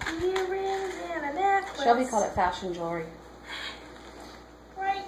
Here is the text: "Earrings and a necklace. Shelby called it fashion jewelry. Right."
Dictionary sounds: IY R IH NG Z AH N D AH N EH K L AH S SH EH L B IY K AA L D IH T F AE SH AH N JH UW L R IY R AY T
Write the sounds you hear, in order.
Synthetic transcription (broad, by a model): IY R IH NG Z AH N AH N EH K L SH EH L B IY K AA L IH T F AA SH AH N JH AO R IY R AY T